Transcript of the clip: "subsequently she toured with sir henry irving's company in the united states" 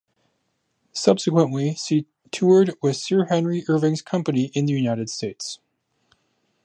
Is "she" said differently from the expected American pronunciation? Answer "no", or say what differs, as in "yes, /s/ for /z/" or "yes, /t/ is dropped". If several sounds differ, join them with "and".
yes, /s/ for /ʃ/